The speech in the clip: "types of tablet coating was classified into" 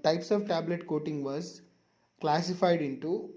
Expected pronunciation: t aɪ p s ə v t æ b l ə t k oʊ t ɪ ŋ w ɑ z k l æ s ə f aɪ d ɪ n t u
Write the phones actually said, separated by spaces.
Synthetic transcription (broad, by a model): t aɪ p s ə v t æ b l ə t k oʊ t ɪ ŋ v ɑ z k l æ s ə f aɪ d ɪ n t u